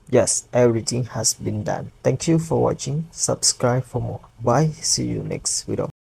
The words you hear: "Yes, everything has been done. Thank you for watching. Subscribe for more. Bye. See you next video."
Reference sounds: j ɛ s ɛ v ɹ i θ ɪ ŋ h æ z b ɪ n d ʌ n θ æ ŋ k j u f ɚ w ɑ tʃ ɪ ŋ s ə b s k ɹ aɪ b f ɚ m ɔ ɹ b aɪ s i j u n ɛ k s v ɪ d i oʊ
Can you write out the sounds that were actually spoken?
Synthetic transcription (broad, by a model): j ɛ s ɛ v ɹ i t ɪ ŋ h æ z b ɪ n d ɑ n t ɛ ŋ k j u f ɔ w ɑ tʃ ɪ ŋ s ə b s k ɹ aɪ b f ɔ m ɔ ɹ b aɪ s i j u n ɛ k s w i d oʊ